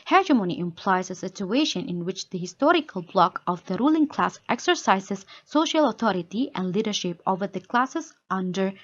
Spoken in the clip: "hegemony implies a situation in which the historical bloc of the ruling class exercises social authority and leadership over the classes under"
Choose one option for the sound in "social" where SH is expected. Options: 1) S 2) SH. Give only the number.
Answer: 2